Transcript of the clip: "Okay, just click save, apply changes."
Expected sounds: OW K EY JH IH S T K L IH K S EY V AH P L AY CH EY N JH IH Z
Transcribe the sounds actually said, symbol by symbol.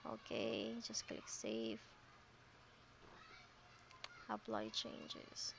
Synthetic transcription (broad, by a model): OW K EY JH IH S T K L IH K S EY F AH P L AY CH EY N JH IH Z